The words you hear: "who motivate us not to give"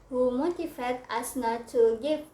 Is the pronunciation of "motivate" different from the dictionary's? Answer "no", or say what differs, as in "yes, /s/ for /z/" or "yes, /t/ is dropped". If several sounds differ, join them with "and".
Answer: yes, /f/ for /v/